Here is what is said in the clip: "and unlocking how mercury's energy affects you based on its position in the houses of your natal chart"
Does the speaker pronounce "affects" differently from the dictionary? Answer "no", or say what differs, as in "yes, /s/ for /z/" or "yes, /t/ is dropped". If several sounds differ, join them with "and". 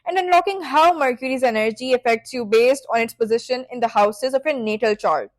no